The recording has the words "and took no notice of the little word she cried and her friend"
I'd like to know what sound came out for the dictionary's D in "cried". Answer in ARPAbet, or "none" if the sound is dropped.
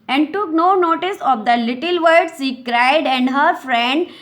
D